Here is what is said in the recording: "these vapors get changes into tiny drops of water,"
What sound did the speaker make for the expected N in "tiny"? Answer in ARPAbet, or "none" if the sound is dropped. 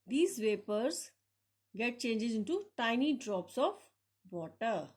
N